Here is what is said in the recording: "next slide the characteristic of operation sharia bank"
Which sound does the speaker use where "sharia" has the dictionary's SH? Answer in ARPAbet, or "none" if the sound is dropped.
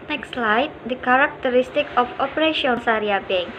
S